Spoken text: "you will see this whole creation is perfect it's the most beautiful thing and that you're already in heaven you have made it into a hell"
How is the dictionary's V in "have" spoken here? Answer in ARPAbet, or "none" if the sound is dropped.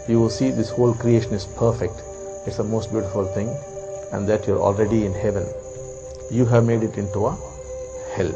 V